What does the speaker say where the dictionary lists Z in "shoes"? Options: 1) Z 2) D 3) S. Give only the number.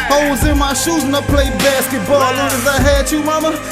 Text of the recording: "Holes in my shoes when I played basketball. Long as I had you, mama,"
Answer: 1